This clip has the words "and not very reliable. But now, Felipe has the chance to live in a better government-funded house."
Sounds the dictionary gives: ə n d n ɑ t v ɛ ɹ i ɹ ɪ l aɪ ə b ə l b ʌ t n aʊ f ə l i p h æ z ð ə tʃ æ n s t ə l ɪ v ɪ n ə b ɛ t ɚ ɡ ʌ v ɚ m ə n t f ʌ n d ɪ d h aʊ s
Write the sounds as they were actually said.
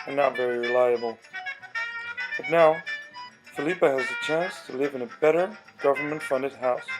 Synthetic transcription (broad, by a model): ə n n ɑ t v ɛ ɹ i ɹ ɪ l aɪ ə b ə l b ʌ t n aʊ f ə l i p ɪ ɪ z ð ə tʃ æ n s t ə l ɪ v ɪ n ə b ɛ t ɚ ɡ ʌ v ɚ m ə n t f ʌ n d ɪ d h aʊ s